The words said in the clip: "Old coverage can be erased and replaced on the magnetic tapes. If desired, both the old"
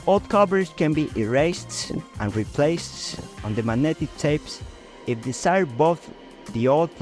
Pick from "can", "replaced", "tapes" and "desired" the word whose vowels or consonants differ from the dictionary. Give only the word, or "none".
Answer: desired